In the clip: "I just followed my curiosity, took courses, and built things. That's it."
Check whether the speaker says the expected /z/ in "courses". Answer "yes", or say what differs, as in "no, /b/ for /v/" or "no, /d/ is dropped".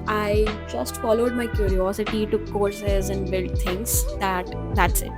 yes